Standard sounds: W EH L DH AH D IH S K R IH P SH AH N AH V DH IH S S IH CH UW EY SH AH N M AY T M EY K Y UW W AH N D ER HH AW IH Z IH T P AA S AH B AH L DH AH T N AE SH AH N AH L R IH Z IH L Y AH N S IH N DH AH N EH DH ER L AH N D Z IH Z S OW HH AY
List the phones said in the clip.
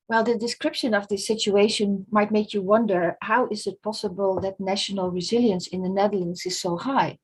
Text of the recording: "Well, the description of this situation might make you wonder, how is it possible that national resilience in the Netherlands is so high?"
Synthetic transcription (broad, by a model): W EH L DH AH D IH S K R IH P SH AH N AH V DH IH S S IH CH UW EY SH AH N M AY T M EY K Y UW W AH N D ER HH AW IH Z IH T P AA S AH B AH L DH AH T N AE SH AH N AH L R IH Z IH L Y AH N S IH N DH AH N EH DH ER L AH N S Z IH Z S OW HH AY